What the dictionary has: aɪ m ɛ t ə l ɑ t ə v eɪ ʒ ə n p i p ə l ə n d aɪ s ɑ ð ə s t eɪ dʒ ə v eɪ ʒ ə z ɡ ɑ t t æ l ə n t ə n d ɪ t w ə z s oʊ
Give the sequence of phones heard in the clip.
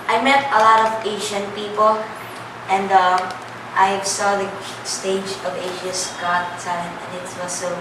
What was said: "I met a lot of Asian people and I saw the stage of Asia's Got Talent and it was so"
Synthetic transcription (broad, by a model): aɪ m ɛ t ə l ɑ t ə v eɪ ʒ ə n p i p l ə n d aɪ s ɑ ð ə s t eɪ dʒ ə v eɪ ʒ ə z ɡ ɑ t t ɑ ə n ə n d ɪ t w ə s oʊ